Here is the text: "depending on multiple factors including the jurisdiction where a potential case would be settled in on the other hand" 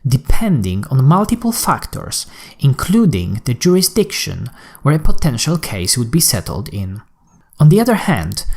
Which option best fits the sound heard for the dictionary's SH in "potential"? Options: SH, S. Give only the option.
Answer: SH